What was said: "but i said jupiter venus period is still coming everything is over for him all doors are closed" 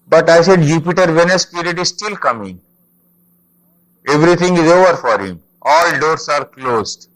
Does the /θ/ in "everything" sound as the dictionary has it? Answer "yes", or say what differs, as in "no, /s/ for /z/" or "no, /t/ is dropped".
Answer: no, /t/ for /θ/